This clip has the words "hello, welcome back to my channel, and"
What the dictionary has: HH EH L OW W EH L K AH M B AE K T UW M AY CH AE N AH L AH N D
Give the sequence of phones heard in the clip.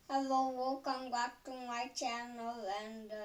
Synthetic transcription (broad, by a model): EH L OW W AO K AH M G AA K T UW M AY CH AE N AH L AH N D